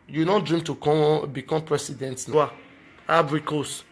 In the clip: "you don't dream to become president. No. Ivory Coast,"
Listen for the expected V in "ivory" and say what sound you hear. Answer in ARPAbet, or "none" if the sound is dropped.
B